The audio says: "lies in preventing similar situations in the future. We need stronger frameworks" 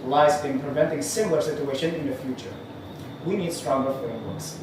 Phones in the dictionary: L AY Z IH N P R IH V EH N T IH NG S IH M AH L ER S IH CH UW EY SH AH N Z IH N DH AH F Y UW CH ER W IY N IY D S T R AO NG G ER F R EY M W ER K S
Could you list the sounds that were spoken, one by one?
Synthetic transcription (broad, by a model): L AY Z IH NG P R IH V EH N T IH NG S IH M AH L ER S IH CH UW EY SH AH N IH N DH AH F Y UW CH ER W IY N IY D S T R AO NG G ER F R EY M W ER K S